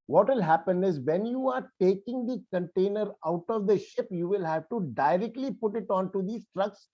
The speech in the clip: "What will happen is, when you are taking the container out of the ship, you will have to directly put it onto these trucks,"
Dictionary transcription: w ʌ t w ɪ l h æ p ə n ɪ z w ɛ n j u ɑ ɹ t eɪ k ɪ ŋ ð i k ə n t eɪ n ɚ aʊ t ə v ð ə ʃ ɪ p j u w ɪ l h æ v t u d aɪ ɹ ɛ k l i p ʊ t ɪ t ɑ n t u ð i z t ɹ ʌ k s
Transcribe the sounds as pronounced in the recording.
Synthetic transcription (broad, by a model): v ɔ t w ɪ l h æ p ə n ɪ z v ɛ n j u ɑ ɹ t eɪ k ɪ ŋ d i k ə n t eɪ n ɚ aʊ t ə v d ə ʃ ɪ p j u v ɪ l h æ v t u d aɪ ɹ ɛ k l i p ʊ t ɪ t ɑ n t u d i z t ɹ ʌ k s